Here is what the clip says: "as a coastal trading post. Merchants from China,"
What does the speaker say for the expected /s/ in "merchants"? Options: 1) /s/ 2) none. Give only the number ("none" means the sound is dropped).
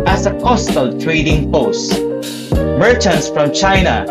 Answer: 1